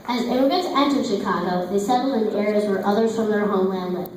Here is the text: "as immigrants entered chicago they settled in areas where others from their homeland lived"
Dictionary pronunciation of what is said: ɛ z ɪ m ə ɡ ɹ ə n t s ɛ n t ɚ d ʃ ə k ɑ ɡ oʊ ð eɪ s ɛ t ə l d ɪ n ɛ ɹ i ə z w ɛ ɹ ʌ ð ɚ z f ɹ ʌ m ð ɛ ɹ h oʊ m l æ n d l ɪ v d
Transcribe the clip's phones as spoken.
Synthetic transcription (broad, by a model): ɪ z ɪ ə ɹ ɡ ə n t ɛ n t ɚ ʃ ə k ɑ ɡ oʊ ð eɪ s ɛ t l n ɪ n ɛ ɹ i ə z w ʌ ɹ ʌ ð ɚ z f ɹ ʌ m ð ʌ ɹ h oʊ m l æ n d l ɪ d